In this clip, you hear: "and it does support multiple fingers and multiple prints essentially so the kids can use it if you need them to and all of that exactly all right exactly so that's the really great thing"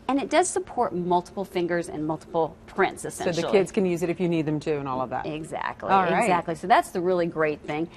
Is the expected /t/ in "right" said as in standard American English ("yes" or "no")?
no